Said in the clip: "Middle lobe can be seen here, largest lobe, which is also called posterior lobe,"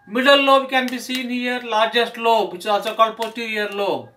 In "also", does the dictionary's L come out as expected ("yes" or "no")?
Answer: no